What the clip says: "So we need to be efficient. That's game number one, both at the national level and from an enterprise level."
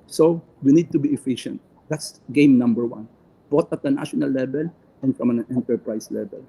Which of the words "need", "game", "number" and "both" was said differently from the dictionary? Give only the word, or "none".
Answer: both